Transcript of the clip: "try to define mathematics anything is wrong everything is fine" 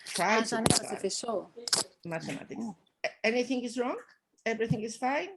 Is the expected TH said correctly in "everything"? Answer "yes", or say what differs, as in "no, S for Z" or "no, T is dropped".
yes